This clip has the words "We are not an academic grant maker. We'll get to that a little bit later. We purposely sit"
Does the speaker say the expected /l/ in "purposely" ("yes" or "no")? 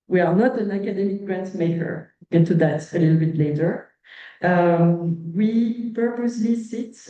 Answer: yes